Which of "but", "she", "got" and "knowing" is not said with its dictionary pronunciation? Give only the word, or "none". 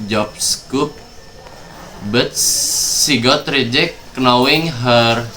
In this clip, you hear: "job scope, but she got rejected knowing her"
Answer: she